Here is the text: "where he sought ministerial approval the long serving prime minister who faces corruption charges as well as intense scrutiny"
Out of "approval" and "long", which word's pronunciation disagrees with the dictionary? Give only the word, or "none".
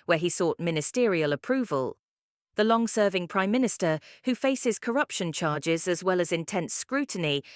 none